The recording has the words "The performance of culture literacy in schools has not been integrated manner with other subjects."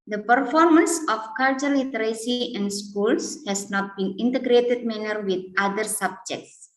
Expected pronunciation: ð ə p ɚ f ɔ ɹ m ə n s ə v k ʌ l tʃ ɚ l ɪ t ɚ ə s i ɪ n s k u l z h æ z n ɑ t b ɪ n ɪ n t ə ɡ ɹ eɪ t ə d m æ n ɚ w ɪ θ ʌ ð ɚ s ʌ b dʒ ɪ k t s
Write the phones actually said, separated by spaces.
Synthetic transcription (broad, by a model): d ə p ɚ f ɔ ɹ m ə n s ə f k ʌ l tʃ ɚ l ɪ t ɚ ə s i ɪ n s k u l s h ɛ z n ɑ t b ɪ n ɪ n t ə ɡ ɹ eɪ t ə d m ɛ n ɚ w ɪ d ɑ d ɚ s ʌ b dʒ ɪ k t s